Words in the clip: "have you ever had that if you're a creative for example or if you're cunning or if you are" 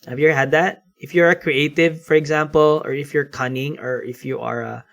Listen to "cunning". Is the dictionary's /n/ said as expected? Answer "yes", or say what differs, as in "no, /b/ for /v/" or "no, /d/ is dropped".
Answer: yes